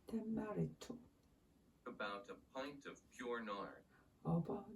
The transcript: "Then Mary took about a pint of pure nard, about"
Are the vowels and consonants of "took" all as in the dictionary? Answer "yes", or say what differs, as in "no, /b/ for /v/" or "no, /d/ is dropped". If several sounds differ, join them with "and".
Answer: no, /k/ is dropped